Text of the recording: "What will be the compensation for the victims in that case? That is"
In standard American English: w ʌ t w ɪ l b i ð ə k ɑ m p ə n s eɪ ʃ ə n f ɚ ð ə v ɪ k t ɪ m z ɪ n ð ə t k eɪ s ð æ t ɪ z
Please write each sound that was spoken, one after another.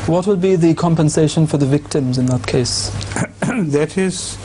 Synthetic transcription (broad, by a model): w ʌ t w ɪ l b i ð ə k ɑ m p ə n s eɪ ʃ ə n f ɚ ð ə v ɪ k t ɪ m z ɪ n ð ə t k eɪ s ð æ t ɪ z